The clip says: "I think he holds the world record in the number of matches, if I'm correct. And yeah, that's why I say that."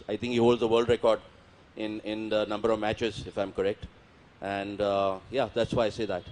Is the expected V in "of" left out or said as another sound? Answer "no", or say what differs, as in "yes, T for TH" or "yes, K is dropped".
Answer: no